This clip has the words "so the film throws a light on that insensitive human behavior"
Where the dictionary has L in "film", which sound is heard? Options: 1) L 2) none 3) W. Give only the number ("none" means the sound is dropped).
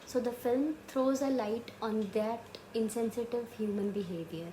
1